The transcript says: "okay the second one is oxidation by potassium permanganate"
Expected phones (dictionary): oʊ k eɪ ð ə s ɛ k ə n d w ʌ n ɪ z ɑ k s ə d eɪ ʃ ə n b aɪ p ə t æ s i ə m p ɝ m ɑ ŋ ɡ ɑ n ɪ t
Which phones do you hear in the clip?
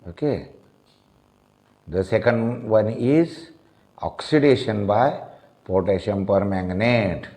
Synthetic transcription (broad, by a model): oʊ k eɪ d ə s ɛ k ə n d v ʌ n ɪ z ɑ k s ə d eɪ ʃ ə n b aɪ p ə t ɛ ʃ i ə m p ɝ m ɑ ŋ ɡ n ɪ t